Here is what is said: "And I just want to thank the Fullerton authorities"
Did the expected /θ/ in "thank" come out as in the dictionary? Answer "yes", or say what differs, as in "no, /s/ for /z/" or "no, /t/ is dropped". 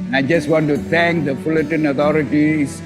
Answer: no, /t/ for /θ/